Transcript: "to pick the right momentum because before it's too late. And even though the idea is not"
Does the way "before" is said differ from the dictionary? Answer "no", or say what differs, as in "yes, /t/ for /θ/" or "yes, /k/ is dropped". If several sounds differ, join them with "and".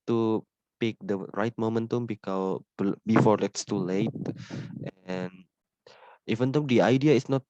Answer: yes, /l/ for /ɹ/